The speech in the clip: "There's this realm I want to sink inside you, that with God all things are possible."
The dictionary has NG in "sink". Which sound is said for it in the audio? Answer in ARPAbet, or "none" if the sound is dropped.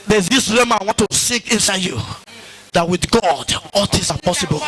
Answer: none